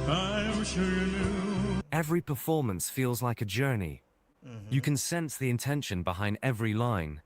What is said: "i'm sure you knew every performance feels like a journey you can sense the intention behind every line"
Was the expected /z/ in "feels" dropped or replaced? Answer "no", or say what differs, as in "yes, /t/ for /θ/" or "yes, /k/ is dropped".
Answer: no